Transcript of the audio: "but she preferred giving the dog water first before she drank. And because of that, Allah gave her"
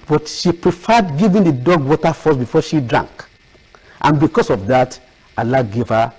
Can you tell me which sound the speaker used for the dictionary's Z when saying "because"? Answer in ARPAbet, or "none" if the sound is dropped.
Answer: S